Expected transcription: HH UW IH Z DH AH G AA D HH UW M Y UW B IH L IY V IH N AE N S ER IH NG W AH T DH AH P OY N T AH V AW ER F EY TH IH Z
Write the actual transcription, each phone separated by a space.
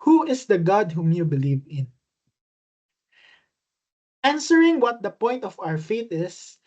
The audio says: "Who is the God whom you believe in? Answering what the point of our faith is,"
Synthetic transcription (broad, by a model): HH UW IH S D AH G AA D HH UW M Y UW B IH L IY V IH N AE N S ER IH NG W AH T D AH P OY N T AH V AW ER F EY T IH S